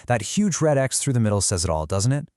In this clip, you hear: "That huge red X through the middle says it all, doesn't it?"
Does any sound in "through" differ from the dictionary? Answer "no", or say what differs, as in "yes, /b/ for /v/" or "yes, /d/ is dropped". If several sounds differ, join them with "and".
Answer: no